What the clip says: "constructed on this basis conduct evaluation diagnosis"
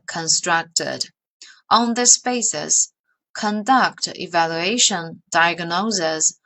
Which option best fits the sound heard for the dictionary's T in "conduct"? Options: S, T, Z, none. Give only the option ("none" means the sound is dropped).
T